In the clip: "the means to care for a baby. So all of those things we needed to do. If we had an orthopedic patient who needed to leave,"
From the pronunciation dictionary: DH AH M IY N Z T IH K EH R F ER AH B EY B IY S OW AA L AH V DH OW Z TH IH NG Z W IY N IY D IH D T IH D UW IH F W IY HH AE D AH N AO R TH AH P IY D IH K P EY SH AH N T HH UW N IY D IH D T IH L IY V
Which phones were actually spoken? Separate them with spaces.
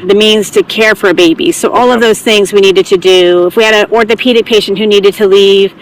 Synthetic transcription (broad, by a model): DH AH M IY N Z T IH K EH R F ER AH B EY B IY S OW AA L AH V DH OW Z TH IH NG Z W IY N IY D IH D T IH D UW IH F W IY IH D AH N AO R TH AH P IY D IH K P EY SH N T HH UW N IY D IH D T IH L IY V